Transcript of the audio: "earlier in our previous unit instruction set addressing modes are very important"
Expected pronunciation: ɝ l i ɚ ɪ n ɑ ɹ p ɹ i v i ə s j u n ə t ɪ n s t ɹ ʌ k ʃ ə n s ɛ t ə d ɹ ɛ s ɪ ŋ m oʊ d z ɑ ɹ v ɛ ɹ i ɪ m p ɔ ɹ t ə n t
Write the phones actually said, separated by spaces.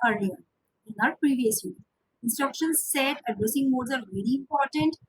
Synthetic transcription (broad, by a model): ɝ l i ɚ ɪ n ɑ ɹ p ɹ i v i ə s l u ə ɪ n s t ɹ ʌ k ʃ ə n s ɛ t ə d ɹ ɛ s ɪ ŋ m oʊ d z ɑ ɹ v ɛ ɹ i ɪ m p ɔ ɹ t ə n t